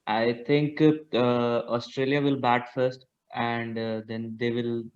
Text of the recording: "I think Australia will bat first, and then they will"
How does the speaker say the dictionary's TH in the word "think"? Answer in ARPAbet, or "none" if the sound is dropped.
T